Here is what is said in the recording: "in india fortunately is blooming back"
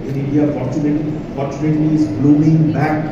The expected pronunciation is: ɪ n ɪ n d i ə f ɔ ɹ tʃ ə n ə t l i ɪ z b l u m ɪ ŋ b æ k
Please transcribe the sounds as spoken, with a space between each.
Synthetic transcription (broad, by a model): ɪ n ɪ n d i ə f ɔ ɹ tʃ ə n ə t n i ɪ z b l u m ɪ ŋ b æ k